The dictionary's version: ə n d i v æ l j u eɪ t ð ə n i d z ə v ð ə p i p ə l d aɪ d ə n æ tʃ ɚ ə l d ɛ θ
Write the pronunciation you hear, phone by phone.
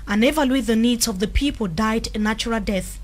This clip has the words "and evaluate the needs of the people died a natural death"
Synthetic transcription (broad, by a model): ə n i v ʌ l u ð ə n i d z ə v ð ə p i p ə l d aɪ d n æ tʃ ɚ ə l d ɛ θ